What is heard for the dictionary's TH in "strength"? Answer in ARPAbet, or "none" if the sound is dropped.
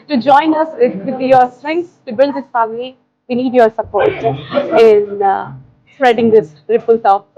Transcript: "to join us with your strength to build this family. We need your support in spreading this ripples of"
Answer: S